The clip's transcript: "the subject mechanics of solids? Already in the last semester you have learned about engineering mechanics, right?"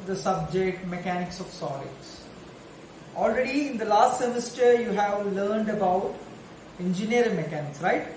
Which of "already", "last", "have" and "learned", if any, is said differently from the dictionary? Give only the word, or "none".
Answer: none